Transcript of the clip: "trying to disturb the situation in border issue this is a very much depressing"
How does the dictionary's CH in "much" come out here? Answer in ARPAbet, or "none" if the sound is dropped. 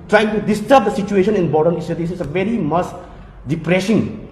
S